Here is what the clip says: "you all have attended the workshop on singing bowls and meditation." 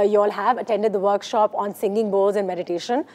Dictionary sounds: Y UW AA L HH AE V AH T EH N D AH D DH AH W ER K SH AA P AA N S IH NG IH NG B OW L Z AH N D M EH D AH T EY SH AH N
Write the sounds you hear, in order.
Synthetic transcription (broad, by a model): Y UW AA L HH AE V AH T EH N D AH D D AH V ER K SH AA P AA N S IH NG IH NG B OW Z AH N D M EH D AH T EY SH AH N